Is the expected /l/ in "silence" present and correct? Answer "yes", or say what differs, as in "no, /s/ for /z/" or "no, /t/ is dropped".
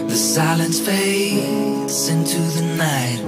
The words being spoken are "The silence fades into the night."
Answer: yes